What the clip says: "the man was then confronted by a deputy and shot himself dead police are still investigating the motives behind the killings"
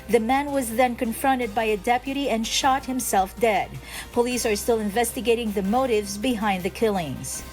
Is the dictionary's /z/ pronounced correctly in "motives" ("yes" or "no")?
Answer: yes